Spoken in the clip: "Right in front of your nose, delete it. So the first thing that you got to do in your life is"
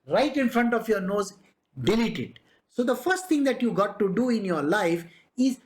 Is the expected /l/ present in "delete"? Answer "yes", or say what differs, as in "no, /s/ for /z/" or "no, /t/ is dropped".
yes